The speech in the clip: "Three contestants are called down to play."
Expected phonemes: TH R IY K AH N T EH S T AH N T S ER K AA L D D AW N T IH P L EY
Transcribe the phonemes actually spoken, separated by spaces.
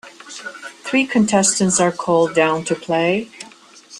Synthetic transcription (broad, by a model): TH R IY K AH N T EH S T AH N T S ER K AA L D D AW N T IH P L EY